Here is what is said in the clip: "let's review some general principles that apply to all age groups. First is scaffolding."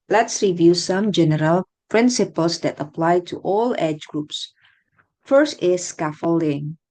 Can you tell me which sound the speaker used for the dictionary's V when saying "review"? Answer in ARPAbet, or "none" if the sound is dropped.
V